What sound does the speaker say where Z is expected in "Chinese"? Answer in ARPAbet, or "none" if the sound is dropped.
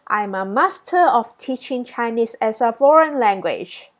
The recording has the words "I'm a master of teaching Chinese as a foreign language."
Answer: S